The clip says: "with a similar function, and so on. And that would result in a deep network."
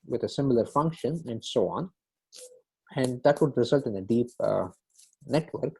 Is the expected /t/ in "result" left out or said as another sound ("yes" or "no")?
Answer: no